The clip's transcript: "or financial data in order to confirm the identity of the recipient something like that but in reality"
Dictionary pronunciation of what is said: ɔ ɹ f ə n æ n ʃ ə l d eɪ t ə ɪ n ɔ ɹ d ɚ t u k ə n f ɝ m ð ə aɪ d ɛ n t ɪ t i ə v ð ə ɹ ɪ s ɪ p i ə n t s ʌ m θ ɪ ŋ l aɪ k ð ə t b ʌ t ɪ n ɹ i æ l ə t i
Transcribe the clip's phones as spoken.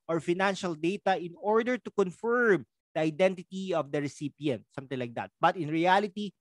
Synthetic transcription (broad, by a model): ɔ ɹ f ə n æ n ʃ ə l d eɪ t ə ɪ n ɔ ɹ d ɚ t u k ə n f ɝ m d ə aɪ d ɛ n t ɪ t i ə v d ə ɹ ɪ s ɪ p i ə n t s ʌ m t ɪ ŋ l aɪ k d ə t b ʌ t ɪ n ɹ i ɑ l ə t i